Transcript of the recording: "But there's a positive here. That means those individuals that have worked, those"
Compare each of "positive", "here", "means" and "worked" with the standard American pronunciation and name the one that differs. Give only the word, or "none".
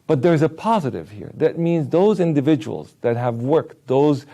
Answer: none